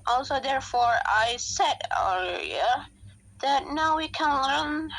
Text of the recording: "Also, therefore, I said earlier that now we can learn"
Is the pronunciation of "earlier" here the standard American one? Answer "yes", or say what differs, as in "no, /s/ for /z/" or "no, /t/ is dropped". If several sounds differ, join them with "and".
no, /l/ is dropped